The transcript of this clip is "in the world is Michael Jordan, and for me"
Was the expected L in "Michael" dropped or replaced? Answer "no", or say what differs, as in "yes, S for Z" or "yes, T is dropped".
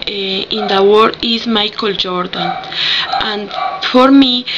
no